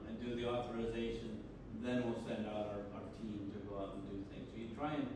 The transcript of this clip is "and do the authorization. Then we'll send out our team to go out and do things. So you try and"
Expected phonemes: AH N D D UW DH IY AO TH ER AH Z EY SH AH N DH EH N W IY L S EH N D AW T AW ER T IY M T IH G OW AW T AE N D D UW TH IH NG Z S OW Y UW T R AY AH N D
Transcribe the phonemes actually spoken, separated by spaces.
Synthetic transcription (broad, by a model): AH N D D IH DH IY AO TH ER AH Z EY SH AH N DH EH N W IY L S EH N D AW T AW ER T IY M T IH G OW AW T N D D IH TH IH NG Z S OW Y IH T R AY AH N